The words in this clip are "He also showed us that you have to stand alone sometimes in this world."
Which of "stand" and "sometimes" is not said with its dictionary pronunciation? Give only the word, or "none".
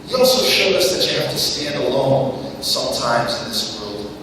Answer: none